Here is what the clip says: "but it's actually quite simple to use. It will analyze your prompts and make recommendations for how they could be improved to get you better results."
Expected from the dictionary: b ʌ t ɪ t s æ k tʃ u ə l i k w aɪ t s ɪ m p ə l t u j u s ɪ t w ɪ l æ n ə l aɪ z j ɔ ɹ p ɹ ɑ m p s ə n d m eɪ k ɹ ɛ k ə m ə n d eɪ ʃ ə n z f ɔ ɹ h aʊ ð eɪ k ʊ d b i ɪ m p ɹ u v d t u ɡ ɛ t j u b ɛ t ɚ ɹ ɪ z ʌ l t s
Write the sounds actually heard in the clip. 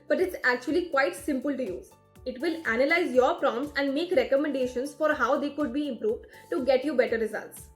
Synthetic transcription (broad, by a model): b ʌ t ɪ t s æ k tʃ u ə l i k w aɪ t s ɪ m p ə l t u j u ɪ t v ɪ l æ n ə l aɪ z j ɔ ɹ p ɹ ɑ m s ə n d m eɪ k ɹ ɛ k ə m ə n d eɪ ʃ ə n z f ɔ ɹ h aʊ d eɪ k ʊ d b i ɪ m p ɹ u v d t u ɡ ɛ t j u b ɛ t ɚ ɹ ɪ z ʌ l t s